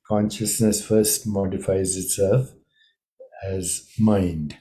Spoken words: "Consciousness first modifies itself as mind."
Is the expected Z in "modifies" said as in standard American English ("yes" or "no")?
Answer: yes